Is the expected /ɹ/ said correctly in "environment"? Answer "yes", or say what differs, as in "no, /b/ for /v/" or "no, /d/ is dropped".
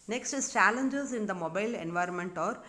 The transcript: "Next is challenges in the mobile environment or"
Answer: yes